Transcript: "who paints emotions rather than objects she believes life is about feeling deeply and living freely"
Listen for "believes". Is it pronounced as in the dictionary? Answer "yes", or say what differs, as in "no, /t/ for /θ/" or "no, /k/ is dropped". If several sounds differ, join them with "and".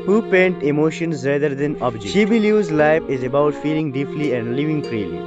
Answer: no, /v/ is dropped